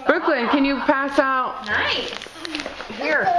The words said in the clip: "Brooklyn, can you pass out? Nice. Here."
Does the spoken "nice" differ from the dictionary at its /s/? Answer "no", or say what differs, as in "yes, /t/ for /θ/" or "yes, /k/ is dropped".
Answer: yes, /s/ is dropped